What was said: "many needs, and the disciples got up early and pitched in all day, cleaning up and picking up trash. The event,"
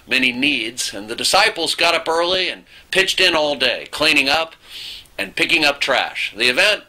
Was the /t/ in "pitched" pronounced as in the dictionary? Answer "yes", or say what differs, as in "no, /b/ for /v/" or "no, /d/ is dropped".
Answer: yes